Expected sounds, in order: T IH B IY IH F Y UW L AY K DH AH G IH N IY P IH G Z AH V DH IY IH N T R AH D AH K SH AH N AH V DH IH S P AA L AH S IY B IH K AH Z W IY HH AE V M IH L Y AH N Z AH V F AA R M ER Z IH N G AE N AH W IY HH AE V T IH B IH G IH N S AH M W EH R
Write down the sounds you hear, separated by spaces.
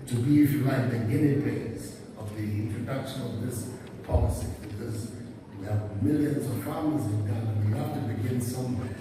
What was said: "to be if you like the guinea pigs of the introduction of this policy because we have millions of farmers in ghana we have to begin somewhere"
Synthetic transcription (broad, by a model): T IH B IY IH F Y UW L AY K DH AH G IH N IY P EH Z AH V DH IY IH N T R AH D AH K SH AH N AH V DH IH S P AA L AH S IY B IH K AH Z W IY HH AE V M IH L Y AH N Z AH V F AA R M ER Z IH N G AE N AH W IY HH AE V T IH B IH G IH N S AH M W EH